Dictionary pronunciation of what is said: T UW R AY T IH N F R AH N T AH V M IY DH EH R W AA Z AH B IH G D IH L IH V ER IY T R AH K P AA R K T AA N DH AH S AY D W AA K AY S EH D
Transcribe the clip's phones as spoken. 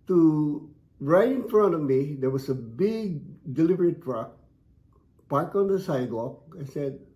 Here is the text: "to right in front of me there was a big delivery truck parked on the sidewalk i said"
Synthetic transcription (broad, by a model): T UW R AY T IH N F R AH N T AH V M IY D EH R W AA S AH B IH G D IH L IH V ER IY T R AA K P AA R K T AA N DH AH S AY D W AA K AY S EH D